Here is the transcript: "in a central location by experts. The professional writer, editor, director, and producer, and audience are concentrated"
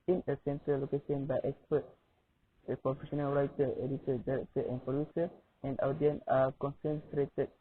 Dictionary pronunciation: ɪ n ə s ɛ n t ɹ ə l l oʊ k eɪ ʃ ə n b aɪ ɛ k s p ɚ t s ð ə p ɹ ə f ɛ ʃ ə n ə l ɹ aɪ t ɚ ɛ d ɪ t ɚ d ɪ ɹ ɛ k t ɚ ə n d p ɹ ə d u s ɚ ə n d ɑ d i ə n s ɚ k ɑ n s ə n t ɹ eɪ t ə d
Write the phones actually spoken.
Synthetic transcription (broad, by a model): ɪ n ə s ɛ n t ə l l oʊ k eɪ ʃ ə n b aɪ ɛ k s p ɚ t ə p ɹ ə f ɛ ʃ ə n ə l ɹ aɪ t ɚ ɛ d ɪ t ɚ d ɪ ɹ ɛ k t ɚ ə n p ɹ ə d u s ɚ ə n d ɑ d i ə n ɑ k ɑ n s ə n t ɹ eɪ t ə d